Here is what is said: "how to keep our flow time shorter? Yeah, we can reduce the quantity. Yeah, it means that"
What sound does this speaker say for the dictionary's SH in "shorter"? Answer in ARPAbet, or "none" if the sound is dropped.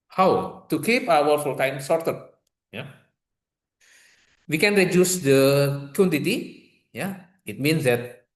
S